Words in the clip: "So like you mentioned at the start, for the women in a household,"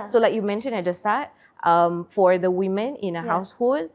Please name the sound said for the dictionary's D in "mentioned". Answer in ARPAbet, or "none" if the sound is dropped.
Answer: none